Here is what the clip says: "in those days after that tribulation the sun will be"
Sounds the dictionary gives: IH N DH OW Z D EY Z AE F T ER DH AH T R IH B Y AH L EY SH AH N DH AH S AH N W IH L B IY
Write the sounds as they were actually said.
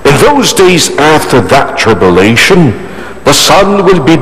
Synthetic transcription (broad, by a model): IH N DH OW Z D EY Z AE F T ER DH AH T R IH B Y AH L EY SH AH N DH AH S AH N W IH L B IY